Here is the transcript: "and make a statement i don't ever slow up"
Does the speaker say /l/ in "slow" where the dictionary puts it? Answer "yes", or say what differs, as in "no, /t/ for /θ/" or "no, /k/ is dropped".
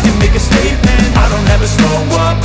no, /l/ is dropped